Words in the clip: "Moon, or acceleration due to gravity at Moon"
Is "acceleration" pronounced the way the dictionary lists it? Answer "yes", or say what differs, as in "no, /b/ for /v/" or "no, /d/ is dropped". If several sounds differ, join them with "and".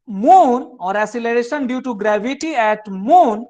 no, /k/ is dropped